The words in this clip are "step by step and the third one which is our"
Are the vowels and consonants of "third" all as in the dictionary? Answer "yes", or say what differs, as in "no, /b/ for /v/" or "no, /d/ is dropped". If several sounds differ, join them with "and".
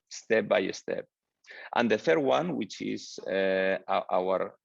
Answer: yes